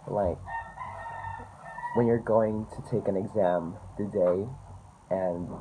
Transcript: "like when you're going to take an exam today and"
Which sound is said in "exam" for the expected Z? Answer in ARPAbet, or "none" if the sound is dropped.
Z